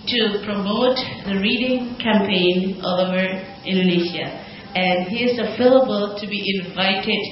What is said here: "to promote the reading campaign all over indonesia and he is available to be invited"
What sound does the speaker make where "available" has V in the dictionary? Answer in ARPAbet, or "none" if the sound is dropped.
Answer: F